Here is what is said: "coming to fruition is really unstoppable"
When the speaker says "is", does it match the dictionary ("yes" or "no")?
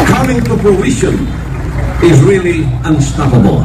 yes